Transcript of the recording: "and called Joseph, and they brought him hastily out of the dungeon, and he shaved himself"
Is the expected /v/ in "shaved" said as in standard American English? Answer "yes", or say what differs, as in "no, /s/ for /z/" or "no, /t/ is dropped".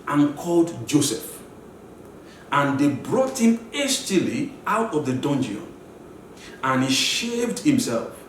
yes